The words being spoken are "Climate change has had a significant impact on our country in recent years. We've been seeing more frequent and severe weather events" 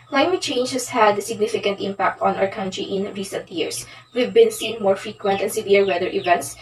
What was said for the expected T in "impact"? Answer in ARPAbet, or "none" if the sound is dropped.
T